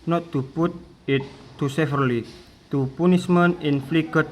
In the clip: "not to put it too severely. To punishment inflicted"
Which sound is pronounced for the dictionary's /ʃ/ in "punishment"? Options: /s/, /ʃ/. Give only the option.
/s/